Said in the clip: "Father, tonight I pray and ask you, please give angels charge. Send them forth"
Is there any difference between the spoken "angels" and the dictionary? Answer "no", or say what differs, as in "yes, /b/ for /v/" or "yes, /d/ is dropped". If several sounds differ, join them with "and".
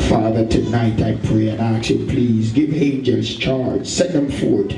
yes, /l/ is dropped